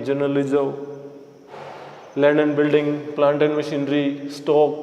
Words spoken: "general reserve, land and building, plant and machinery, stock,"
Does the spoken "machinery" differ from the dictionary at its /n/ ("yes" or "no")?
no